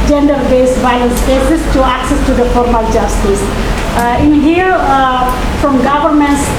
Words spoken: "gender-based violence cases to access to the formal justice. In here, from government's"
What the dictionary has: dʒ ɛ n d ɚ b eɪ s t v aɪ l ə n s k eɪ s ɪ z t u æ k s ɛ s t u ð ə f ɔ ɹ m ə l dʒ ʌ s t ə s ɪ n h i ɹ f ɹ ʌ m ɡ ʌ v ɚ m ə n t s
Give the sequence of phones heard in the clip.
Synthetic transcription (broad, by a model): dʒ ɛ n d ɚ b eɪ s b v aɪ ə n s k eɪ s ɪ s t u æ k s ɛ s t u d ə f ɔ ɹ m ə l dʒ ʌ s t ə s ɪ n h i ɹ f ɹ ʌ m ɡ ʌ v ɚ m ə n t s